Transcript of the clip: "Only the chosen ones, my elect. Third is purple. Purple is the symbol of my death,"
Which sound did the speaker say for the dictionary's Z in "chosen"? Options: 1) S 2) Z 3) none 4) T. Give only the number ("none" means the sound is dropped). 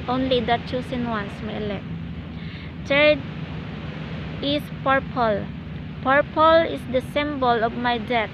1